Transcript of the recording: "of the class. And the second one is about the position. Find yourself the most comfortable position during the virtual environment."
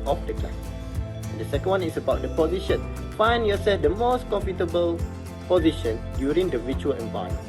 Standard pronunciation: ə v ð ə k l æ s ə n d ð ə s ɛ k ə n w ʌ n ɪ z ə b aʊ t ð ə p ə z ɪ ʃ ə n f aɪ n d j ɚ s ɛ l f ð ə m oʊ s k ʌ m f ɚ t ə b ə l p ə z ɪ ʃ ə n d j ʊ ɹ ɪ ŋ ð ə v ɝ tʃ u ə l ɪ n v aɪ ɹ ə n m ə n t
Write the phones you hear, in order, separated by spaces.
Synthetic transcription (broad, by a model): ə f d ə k ɑ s ə n d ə s ɛ k ə n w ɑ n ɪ s ə b aʊ t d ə p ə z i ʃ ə n f aɪ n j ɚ s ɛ l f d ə m oʊ s k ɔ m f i t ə b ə l p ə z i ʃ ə n d j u ɹ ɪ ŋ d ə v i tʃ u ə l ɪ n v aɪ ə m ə